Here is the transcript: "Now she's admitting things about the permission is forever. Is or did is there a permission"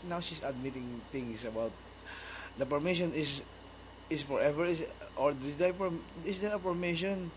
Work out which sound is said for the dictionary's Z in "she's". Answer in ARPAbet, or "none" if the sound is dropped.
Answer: S